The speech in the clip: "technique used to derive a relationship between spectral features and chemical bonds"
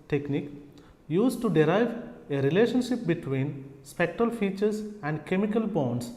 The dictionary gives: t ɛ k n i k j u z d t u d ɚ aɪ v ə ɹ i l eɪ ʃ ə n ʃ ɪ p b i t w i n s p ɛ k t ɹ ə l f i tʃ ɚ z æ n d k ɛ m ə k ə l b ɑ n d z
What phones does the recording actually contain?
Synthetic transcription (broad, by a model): t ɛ k n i k j u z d t u d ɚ aɪ v ə ɹ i l eɪ ʃ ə n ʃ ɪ p b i t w i n s p ɛ k t ɹ ə l f i tʃ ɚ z æ n d k ɛ m ə k ə l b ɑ n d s